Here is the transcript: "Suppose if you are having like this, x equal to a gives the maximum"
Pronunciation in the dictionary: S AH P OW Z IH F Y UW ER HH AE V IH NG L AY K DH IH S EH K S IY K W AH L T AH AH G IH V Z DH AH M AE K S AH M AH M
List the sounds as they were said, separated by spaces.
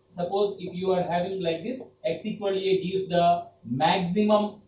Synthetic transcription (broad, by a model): S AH P OW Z IH F Y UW ER HH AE V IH NG L AY K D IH S EH K S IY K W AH N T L AH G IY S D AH M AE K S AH M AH M